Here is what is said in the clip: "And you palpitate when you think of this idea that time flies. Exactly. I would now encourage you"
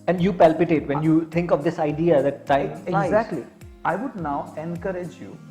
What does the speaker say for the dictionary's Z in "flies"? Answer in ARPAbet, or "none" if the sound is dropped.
none